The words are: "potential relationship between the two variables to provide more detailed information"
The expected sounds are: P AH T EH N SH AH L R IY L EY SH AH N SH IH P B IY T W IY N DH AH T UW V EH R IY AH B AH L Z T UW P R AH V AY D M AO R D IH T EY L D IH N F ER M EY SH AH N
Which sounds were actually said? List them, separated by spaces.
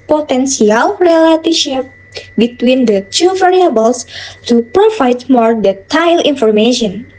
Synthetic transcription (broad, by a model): P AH T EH N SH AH L R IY L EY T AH SH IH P B IY T W IY N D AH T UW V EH R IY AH B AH L S T UW P R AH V AY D M AO R D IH T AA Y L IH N F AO M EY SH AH N